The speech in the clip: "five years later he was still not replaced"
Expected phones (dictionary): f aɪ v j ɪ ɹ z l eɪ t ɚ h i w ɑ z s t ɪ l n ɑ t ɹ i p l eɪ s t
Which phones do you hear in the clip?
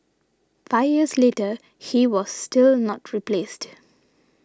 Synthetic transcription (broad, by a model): f aɪ v j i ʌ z l eɪ t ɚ h i w ɑ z s t ɪ l n ɑ t ɹ i p l eɪ s t